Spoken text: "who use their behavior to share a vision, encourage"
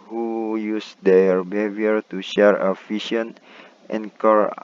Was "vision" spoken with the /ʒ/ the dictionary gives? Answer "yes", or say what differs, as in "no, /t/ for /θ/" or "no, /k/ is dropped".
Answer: no, /ʃ/ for /ʒ/